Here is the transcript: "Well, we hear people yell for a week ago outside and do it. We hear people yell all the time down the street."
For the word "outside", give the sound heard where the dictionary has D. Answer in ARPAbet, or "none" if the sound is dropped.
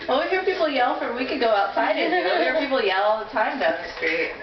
none